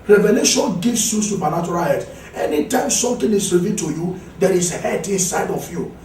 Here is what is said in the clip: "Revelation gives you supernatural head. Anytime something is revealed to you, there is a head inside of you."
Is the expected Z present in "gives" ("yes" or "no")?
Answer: no